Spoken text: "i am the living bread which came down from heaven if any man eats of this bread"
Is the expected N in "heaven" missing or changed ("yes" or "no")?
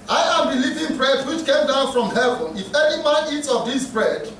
no